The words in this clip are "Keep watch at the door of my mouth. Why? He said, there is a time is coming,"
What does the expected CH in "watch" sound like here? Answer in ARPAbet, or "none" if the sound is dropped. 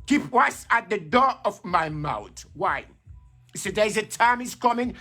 S